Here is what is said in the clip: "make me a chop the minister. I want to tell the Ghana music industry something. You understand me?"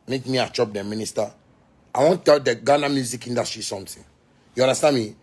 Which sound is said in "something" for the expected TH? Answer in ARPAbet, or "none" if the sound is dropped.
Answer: T